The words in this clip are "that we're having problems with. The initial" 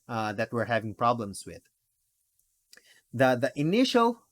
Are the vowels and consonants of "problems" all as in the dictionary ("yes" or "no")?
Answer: no